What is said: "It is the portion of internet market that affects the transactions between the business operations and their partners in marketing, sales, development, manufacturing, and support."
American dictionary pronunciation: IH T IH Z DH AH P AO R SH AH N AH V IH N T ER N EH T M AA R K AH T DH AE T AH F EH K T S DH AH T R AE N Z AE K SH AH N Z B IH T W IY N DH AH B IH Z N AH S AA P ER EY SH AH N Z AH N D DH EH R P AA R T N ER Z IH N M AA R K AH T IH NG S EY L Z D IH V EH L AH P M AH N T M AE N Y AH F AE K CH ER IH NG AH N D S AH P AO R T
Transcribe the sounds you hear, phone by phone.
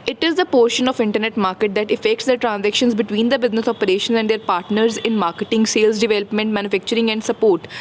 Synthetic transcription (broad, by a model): IH T IH Z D AH P AO R SH AH N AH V IH N T ER N EH T M AA R K AH T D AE T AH F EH K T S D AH T R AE N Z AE K SH AH N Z B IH T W IY N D AH B IH Z N AH S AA P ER EY SH AH N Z AH N D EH R P AA R T N ER Z IH N M AA R K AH T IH NG S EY L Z D IH V EH L AH P M AH N T M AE N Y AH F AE K CH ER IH NG AH N D S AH P AO R T